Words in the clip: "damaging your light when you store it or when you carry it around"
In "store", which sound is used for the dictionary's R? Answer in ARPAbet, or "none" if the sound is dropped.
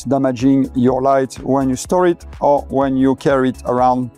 R